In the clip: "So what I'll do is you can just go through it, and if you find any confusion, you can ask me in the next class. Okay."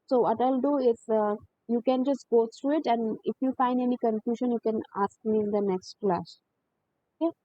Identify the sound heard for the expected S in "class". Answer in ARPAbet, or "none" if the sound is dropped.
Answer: SH